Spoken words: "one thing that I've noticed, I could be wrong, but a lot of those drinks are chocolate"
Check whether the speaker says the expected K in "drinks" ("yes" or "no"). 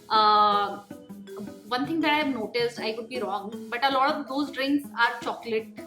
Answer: yes